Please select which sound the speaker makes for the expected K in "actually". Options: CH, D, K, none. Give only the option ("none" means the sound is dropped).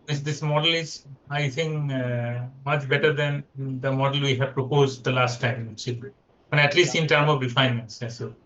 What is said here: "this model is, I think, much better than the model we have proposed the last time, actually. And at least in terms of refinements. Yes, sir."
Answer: none